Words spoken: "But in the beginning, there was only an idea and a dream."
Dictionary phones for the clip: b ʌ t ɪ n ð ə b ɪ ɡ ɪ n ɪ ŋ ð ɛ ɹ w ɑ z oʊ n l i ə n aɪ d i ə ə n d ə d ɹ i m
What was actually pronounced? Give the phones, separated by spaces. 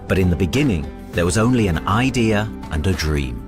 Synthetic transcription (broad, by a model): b ʌ t ɪ n ð ə b ɪ ɡ ɪ n ɪ ŋ ð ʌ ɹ w ɑ z oʊ n l i ə n aɪ d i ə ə n ə d ɹ i m